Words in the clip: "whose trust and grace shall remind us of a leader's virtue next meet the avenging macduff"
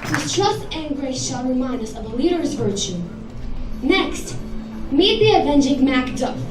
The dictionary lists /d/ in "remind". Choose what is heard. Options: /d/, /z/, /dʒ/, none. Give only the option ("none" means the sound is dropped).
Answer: none